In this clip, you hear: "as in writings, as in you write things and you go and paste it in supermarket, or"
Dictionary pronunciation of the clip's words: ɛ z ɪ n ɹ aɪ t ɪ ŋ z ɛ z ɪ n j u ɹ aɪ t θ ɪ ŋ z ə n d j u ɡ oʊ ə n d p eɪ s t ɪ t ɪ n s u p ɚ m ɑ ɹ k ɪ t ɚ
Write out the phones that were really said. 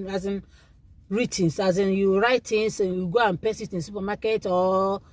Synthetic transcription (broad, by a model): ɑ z ɪ n ɹ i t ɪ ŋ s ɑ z ɪ n j u ɹ aɪ t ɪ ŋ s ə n j u ɡ oʊ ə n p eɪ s ɪ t ɪ n s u p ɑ m ɑ k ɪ t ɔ